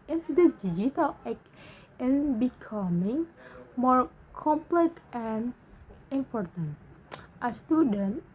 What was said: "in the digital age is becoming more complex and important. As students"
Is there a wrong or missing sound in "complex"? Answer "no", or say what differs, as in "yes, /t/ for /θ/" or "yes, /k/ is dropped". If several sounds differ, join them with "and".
yes, /s/ is dropped